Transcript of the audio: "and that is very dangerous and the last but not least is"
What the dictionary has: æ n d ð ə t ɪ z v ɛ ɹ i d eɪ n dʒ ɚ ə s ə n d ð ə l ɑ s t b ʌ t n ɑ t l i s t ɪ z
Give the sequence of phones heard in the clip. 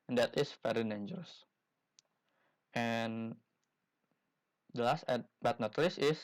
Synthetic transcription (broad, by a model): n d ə t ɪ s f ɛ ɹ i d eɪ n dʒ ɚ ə s ə n d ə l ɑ s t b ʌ t n ɑ t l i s ɪ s